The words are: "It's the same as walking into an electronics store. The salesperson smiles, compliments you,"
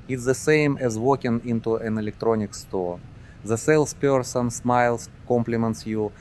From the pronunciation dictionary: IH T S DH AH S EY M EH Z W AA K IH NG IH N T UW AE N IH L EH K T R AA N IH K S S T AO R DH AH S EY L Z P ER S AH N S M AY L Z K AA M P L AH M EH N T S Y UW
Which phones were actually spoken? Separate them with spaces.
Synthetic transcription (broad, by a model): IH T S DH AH S EY M EH Z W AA K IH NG IH N T UW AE N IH L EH K T R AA N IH K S S T AO R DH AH S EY L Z P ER S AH N S M AY L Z K AA M P L AH M EH N T S Y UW